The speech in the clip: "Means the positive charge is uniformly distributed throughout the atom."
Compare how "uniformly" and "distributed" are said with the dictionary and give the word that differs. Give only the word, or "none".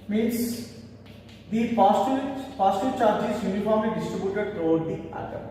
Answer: uniformly